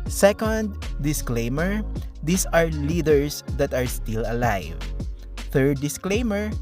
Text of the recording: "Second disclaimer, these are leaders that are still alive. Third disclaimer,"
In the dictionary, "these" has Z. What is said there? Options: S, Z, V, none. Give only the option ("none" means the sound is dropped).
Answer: S